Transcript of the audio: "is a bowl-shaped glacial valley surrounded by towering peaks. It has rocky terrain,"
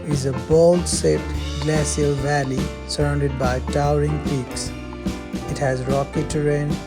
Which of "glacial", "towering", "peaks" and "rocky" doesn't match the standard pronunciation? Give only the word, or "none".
glacial